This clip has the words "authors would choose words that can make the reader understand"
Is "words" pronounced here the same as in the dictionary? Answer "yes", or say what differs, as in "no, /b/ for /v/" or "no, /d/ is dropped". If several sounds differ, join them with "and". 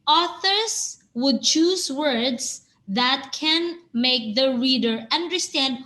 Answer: no, /s/ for /z/